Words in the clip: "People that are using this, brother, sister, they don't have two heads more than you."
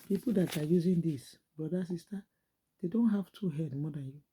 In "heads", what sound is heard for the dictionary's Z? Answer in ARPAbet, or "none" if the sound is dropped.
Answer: none